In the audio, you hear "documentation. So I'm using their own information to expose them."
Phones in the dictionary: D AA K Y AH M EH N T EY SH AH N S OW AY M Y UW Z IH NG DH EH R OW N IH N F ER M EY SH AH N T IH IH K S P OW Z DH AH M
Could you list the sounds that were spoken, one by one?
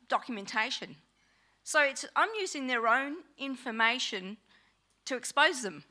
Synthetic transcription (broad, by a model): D AA K Y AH M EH N T EY SH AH N S OW AY M Y UW Z IH NG DH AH R OW N IH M F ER M EY SH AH N T IH IH K S P OW Z DH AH M